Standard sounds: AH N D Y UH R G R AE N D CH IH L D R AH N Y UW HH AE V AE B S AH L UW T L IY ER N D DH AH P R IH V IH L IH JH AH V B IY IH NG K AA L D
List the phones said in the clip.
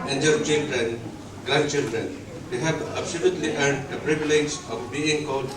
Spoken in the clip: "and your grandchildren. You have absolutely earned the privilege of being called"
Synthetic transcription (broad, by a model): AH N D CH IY R G R AE N D CH IH L D R AH N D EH HH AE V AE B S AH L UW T L IY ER D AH P R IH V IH L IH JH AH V B IY IH NG K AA L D